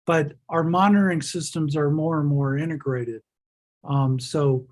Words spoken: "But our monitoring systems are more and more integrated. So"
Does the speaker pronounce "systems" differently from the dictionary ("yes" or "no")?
no